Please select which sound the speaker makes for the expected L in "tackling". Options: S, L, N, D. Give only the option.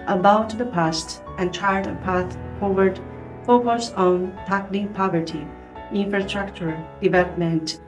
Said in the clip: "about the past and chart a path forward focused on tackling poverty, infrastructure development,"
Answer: N